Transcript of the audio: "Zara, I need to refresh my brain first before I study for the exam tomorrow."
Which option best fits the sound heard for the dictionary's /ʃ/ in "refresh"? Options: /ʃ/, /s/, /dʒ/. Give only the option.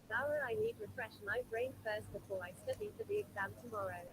/ʃ/